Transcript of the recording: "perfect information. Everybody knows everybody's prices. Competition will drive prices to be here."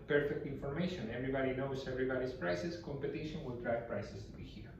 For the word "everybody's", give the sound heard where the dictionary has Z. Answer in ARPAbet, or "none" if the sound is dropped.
S